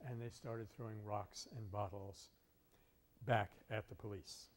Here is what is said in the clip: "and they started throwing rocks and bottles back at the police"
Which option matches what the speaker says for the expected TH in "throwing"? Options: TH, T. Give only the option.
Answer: TH